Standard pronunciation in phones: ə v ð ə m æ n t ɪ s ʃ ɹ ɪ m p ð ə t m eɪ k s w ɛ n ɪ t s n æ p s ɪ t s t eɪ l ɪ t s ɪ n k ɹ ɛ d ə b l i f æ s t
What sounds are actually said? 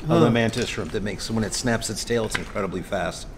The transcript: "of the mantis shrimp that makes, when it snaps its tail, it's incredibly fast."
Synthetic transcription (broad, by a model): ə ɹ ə m æ n t ɪ s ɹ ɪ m ð ə t m eɪ k s w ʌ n ɪ t s n æ p s ɪ t s t eɪ l ɪ t s ɪ n k ɹ ɛ d ə b l i f æ s t